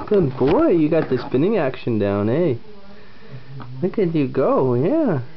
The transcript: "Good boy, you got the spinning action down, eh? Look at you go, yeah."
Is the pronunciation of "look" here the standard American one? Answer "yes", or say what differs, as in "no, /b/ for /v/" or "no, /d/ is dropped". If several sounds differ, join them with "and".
no, /w/ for /l/